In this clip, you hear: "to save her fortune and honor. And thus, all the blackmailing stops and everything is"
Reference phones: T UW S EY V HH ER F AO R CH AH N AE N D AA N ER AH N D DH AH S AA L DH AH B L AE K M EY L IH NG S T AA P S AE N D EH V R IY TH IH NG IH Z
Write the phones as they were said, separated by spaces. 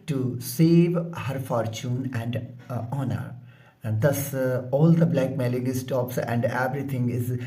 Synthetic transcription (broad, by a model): T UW S EY V HH ER F AO R CH AH N AE N D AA N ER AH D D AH S AA L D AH B L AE K M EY L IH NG S T AA P S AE N D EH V R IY T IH NG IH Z